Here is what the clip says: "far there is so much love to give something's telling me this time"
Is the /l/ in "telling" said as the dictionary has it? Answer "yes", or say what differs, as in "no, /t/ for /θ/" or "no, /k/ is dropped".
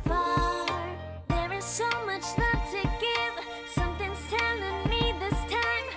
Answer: no, /n/ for /l/